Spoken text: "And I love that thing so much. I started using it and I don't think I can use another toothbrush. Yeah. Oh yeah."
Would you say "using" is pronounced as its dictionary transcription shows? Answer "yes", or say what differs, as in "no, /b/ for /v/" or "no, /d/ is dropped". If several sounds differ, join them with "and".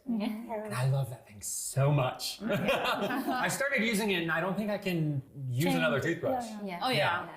yes